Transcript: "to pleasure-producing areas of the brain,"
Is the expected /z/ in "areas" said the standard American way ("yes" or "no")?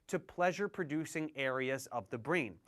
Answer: yes